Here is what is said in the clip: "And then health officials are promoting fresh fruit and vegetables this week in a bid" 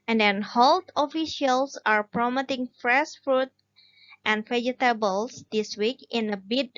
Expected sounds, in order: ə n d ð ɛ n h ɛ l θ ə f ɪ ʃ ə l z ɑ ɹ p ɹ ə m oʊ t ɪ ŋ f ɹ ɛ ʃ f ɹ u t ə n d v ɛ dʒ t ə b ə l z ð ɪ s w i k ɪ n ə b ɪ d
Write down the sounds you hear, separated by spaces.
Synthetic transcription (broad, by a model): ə n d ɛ n h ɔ l t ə f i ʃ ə l s ɑ ɹ p ɹ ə m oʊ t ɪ ŋ f ɹ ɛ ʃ f ɹ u t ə n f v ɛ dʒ t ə b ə l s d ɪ s w i k ɪ n ə b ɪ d